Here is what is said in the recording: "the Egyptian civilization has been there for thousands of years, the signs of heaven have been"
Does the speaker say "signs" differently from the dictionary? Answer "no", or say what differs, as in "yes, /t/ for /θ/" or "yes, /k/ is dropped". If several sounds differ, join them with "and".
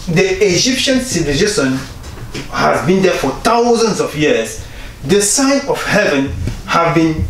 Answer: yes, /z/ is dropped